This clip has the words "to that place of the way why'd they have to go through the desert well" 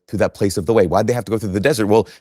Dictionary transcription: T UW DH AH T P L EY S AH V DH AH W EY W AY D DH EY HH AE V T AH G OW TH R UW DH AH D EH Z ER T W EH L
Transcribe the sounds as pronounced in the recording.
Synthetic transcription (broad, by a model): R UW DH AH T P L EY S AH V DH AH W EY W AY D DH EY HH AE F T AH G OW TH R UW DH AH D EH Z ER T W EH L